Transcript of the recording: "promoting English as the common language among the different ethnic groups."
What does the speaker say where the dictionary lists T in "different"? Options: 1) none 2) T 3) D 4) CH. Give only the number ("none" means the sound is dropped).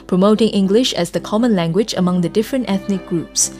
2